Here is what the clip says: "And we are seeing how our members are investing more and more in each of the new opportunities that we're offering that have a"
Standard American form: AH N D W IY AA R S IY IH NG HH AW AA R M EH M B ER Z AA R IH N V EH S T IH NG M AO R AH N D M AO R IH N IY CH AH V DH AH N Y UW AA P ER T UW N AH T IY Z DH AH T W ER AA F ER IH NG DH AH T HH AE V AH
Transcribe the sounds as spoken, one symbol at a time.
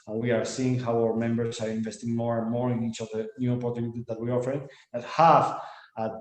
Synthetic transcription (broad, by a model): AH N W IY AA R S IY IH NG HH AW AA W M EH M B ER S AA R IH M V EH S T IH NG M AO R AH N M AO R IH N IY CH AH V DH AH N Y UW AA P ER T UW N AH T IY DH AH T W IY AA F ER IH NG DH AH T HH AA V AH